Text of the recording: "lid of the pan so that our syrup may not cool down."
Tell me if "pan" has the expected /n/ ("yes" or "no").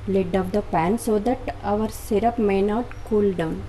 yes